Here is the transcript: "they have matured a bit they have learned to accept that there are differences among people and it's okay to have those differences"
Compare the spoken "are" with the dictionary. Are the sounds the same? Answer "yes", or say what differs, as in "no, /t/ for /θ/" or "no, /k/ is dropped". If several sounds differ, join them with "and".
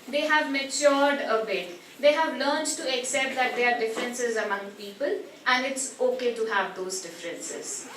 yes